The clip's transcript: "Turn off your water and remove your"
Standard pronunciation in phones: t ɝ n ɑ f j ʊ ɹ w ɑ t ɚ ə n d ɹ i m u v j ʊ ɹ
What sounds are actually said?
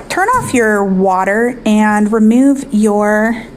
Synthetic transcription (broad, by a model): t ɝ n ɑ f j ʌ ɹ w ɑ t ɚ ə n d ɹ i m u v j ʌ ɹ